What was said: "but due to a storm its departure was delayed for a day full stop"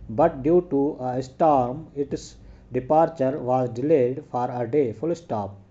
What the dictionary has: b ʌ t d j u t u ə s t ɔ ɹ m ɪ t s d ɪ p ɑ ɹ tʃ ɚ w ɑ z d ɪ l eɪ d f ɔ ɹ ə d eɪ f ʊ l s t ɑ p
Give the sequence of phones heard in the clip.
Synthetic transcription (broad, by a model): b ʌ t d j u t u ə s t ɔ ɹ m ɪ t s d ɪ p ɑ ɹ tʃ ɚ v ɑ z d ɪ l eɪ d f ɔ ɹ ə d eɪ f ʊ l s t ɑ p